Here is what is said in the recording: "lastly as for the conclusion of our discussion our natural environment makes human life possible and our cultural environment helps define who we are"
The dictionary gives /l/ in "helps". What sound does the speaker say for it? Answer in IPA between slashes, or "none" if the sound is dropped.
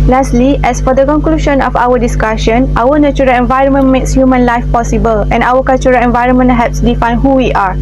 none